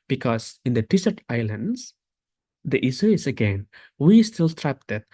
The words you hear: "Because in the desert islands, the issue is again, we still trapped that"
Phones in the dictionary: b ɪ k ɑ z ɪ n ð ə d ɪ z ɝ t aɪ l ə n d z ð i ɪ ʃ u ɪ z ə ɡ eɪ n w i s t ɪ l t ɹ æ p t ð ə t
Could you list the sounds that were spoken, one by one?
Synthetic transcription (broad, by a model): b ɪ k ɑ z ɪ n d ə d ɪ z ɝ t aɪ l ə n d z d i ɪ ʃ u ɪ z ə ɡ eɪ n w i s t ɪ l t ɹ æ p t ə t